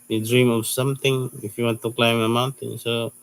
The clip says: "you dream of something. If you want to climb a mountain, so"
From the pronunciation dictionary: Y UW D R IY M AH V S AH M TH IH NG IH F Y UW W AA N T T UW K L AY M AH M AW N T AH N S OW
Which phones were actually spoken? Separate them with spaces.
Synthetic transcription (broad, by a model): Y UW D R IY M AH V S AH M T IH NG IH F Y UW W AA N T T UW K L AY M AH M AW N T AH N S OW